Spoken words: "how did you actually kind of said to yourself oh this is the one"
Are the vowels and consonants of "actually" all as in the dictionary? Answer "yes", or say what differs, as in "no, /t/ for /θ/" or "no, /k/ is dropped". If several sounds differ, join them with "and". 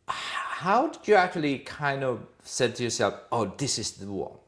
yes